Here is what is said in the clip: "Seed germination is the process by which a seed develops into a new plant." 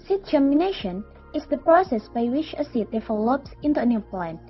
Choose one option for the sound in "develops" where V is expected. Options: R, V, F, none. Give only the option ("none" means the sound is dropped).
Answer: F